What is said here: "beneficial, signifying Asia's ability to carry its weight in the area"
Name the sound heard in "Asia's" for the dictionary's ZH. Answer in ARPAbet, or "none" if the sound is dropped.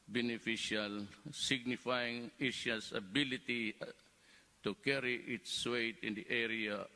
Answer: SH